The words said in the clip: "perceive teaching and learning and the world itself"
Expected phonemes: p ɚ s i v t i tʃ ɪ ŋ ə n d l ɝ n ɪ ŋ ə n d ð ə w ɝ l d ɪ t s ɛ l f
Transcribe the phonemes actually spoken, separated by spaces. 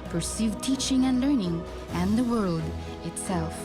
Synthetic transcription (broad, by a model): p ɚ s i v t i tʃ ɪ ŋ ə n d l ɝ n ɪ ŋ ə n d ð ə w ɝ l d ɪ t s ɛ l f